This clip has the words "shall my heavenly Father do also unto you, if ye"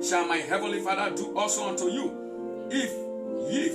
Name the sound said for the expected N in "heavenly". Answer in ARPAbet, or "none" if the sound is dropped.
N